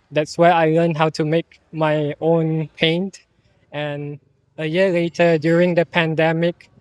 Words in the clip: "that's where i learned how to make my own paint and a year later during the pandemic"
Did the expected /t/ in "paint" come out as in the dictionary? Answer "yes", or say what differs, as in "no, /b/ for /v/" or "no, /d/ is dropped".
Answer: yes